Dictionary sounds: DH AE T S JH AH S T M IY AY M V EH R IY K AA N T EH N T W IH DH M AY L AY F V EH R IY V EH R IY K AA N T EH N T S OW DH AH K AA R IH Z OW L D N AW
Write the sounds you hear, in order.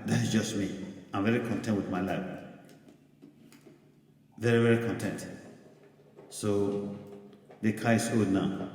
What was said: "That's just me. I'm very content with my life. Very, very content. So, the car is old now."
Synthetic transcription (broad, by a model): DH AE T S JH AH S T M IY AY M V EH R IY K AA N T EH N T W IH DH M AY L AY F V EH R IY V EH R IY K AA N T EH N T S OW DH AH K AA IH S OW D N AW